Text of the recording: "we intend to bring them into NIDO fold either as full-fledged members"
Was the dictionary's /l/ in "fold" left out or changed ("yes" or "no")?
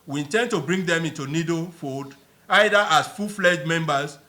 yes